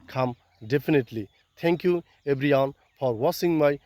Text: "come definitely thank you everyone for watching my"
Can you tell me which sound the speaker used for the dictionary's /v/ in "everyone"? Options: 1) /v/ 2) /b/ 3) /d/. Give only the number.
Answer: 2